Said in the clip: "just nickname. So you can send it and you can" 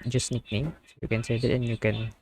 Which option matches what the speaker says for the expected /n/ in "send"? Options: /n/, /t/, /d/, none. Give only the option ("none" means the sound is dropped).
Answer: none